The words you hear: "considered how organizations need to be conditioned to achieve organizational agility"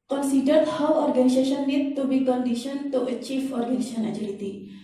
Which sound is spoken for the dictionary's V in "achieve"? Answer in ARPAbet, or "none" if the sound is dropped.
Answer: F